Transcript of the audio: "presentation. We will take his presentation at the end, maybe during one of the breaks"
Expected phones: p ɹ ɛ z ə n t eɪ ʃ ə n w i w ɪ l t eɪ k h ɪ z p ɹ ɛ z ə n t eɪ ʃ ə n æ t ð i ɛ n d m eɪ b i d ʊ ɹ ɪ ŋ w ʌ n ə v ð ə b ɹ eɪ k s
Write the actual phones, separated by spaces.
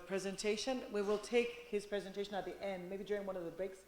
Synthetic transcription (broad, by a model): p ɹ ɛ z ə n t eɪ ʃ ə n w i w ɪ l t eɪ k h ɪ z p ɹ ɛ z ə n t eɪ ʃ ə n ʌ t ð i ɛ n d m eɪ b i d ʊ ɹ ɪ ŋ w ʌ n ə v ð ə b ɹ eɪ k s